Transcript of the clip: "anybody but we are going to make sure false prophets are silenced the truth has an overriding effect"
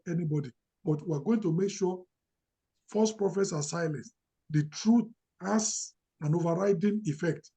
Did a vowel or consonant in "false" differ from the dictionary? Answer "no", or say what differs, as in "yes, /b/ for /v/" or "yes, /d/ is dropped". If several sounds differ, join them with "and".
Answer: yes, /l/ is dropped